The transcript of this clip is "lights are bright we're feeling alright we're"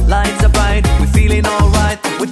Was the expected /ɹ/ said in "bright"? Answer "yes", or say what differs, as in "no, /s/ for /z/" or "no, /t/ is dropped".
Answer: no, /ɹ/ is dropped